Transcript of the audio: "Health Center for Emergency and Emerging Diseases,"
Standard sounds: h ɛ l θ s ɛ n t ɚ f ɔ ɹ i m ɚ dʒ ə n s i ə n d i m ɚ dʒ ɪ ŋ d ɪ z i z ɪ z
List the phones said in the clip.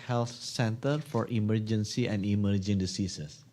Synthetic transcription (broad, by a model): h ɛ l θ s ɛ n t ɚ f ɔ ɹ i m ɚ dʒ ə n s i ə n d i m ɚ dʒ ɪ ŋ d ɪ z i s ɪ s